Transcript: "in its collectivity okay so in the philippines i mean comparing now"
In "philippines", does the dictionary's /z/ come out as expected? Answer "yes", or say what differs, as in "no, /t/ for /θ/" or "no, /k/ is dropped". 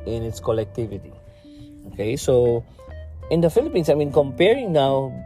no, /s/ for /z/